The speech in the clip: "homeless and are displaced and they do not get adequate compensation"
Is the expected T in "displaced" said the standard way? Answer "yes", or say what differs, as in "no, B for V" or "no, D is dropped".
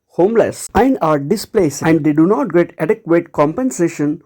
no, T is dropped